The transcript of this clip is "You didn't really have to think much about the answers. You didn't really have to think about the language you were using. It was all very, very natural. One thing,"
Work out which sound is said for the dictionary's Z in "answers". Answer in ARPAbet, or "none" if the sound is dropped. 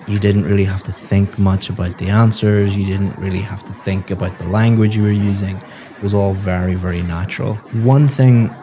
Z